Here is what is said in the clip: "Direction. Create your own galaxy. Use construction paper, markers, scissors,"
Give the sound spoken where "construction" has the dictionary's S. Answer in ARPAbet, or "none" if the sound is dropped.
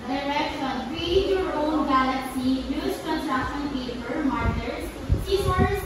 none